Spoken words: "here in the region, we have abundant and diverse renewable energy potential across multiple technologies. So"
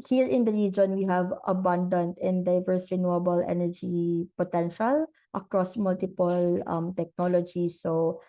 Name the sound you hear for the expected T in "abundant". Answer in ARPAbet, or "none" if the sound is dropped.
T